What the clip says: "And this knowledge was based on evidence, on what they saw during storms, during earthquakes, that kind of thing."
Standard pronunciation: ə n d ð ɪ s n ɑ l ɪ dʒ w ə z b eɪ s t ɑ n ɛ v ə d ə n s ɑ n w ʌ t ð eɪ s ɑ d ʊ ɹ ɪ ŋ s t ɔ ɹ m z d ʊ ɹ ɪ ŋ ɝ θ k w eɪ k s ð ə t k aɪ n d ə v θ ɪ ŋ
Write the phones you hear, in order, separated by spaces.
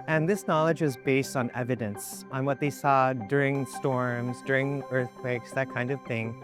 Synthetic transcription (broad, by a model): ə n ð ɪ s n ɑ l ɪ dʒ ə z b eɪ s t n ɛ v ə d ə n s n w ʌ t ð eɪ s ɑ d ʊ ɹ ɪ ŋ s t ɔ ɹ m z d ʊ ɹ ɪ ŋ ɝ θ k w eɪ k s ð ə t k aɪ n d ə v θ ɪ ŋ